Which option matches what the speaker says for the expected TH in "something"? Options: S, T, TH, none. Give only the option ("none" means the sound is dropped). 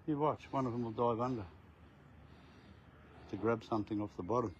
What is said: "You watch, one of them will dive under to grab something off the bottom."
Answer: TH